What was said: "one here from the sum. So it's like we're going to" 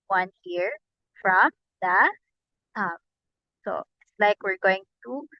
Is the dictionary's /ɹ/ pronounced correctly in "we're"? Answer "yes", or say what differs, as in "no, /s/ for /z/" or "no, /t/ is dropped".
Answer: yes